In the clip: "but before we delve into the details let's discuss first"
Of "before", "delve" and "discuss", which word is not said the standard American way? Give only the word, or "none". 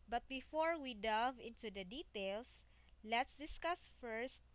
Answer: delve